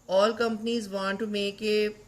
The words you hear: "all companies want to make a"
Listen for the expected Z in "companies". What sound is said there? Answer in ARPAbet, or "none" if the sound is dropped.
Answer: Z